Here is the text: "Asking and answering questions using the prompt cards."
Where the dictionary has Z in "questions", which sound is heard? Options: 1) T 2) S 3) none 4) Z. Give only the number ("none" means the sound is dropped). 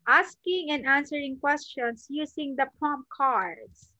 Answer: 2